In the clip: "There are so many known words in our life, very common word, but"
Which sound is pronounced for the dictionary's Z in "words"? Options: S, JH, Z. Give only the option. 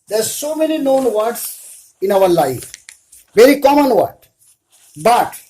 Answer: S